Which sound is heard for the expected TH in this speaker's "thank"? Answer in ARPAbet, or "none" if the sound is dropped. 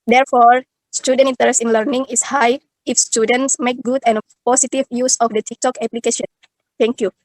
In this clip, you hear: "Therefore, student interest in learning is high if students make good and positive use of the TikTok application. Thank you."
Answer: T